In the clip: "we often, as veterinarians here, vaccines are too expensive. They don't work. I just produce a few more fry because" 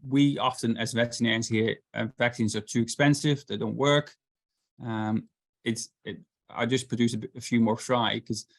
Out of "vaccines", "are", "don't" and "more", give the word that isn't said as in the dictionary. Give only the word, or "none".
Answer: none